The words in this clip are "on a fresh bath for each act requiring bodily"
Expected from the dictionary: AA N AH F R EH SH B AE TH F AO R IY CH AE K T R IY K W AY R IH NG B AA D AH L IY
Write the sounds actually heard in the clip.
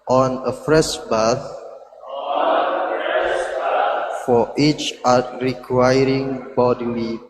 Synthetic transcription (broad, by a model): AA N AH F R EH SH B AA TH F AO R IY CH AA T R IY K W AY R IH NG B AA D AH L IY